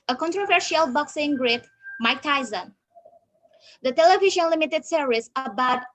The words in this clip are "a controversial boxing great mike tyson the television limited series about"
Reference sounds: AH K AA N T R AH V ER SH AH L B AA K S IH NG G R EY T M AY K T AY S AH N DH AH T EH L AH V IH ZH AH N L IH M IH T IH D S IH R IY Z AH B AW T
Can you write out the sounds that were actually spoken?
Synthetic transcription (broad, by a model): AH K AA N T R AH V ER SH AH L B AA K S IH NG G R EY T M AY K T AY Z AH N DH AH T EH L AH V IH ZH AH N L IH M IH T IH D S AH R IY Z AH B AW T